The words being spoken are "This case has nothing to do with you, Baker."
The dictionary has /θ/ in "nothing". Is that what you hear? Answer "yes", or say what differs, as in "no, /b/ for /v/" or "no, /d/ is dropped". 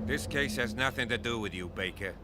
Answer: yes